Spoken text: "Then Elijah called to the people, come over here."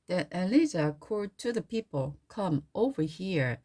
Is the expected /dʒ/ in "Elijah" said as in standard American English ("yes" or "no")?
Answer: no